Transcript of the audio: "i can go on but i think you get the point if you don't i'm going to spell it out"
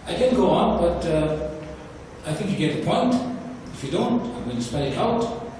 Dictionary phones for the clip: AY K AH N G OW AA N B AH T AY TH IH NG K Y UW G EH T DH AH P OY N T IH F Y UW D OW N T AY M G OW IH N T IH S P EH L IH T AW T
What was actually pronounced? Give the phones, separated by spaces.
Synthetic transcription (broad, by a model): AY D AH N G OW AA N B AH T AY TH IH NG K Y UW G EH T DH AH P OY N T IH F Y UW D OW N T AY M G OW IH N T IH S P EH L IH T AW T